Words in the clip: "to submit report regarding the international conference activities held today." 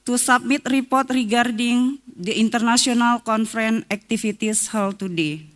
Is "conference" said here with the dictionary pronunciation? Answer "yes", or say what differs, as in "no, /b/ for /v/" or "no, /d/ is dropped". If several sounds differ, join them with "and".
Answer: no, /s/ is dropped